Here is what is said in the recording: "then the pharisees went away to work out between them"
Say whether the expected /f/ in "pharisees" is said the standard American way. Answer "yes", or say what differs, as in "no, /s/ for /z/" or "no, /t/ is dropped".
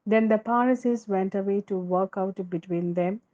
no, /p/ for /f/